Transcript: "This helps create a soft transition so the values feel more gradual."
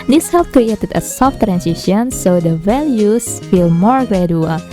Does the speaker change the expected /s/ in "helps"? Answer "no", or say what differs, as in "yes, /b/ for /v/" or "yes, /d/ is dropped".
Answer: yes, /s/ is dropped